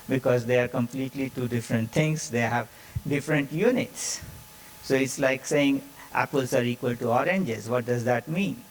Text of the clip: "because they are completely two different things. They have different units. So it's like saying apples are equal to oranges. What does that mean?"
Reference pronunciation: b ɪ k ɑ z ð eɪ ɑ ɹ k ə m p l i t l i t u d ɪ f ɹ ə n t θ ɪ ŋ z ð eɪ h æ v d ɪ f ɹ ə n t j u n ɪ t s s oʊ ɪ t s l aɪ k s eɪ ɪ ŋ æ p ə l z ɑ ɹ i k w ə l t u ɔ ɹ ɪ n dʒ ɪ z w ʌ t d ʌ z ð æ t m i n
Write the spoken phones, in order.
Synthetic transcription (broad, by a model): b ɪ k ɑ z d eɪ ɑ ɹ k ə m p l i t l i t u d ɪ f ɹ ə n t t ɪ ŋ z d eɪ h æ v d ɪ f ɹ ə n t j u n ɪ t s s oʊ ɪ t s l aɪ k s eɪ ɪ ŋ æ p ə l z ɑ ɹ i k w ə l t u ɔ ɹ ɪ n dʒ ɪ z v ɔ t d ʌ z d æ t m i n